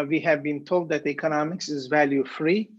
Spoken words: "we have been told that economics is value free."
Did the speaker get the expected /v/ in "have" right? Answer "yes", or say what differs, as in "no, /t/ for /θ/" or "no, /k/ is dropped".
yes